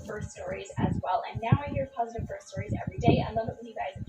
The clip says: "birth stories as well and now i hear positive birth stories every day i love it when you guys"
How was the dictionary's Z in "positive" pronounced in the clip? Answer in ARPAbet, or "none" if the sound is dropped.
Z